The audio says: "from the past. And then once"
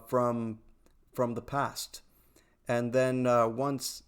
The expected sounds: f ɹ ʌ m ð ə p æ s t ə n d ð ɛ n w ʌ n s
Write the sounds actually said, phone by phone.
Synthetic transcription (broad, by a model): f ɹ ʌ m ð ə p æ s t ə n ð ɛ n w ʌ n s